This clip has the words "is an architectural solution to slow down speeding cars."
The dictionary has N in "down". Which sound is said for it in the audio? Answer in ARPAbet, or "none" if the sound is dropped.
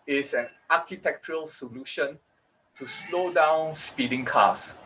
N